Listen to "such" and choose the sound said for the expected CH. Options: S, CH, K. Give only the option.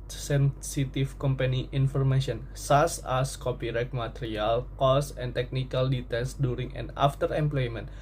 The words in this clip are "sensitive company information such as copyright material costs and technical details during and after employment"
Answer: S